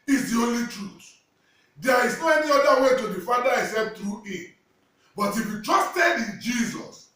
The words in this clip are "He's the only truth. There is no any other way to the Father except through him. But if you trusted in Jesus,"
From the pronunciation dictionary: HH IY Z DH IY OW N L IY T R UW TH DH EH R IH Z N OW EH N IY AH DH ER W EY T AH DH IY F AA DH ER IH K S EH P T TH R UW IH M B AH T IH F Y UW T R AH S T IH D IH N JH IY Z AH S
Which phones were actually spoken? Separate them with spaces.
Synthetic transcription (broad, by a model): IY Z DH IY OW N L IY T R UW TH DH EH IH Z N OW EH N IY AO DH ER W EY T AH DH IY F AA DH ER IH S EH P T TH R UW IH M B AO T IH F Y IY T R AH S T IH D IH N JH IY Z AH S